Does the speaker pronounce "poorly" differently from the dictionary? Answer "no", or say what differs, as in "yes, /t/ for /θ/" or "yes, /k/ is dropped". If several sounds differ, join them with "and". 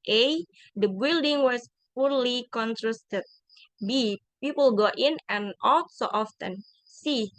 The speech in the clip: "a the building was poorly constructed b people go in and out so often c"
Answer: no